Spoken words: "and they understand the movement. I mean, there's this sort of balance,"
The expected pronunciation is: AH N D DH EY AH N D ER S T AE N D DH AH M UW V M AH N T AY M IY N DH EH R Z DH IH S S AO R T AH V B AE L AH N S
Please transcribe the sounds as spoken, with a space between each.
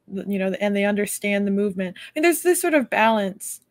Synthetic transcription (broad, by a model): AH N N DH EY AH N D ER S T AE N DH AH M UW V M AH N T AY M IY N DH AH R Z DH IH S S AO R T AH V B AE L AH N S